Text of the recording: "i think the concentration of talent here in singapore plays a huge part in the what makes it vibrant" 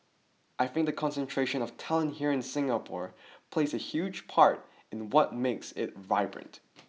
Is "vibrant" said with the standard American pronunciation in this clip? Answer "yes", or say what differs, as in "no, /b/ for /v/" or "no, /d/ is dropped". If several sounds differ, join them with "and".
yes